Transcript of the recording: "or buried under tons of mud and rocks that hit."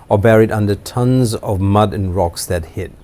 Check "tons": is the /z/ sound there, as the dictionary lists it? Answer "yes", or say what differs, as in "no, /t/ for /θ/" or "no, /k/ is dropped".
yes